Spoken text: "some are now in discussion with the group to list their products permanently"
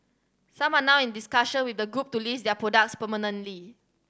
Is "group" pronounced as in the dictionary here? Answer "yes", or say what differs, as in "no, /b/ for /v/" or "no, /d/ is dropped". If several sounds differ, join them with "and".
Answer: yes